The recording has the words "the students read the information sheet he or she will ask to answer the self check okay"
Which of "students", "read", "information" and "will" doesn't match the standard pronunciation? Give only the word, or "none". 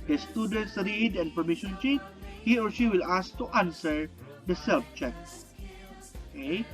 information